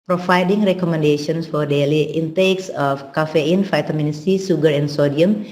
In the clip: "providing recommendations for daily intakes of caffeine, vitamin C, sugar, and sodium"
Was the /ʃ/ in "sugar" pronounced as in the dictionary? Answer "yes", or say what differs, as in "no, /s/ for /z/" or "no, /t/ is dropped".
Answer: no, /s/ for /ʃ/